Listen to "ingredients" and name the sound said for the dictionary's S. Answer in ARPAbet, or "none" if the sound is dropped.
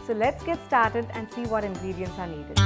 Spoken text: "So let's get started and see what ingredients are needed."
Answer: S